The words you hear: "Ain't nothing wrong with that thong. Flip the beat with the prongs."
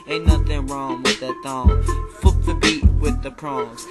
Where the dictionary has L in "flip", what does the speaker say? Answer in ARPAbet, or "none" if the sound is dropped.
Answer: none